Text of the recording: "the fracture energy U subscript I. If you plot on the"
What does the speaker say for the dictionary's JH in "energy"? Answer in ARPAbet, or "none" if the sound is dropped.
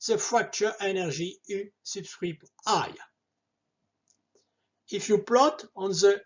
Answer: ZH